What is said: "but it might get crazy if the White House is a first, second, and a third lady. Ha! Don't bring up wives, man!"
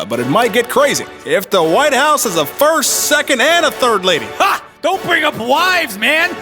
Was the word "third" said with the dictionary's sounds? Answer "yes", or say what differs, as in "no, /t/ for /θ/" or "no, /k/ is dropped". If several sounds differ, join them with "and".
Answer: yes